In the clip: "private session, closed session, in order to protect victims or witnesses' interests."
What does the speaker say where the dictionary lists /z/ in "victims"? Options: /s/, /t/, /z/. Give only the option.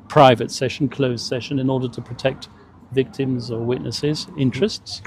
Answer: /z/